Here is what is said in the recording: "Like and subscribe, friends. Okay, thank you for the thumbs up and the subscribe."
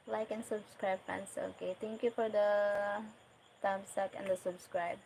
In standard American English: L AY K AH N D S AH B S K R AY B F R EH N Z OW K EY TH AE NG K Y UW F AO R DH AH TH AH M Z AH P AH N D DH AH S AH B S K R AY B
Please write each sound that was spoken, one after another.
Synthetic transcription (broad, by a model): L AY K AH N S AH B S K R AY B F EH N S OW K EY T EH NG K Y UW F AO R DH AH T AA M S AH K AH N D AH S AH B S K R AY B